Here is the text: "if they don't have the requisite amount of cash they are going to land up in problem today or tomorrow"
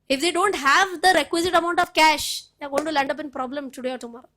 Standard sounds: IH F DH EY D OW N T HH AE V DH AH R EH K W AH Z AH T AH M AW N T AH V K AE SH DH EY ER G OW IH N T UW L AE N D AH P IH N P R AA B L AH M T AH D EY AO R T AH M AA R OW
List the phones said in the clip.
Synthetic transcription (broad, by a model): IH F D EY D OW N T HH AE V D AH R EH K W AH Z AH T AH M AW N T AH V K AE SH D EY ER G OW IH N T UW L AE N D AH P IH N P R AA B L AH M T AH D EY AO R T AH M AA R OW